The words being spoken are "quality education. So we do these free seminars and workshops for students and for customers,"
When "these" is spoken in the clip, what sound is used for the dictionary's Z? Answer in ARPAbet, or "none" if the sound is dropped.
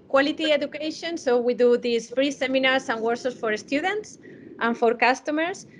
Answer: S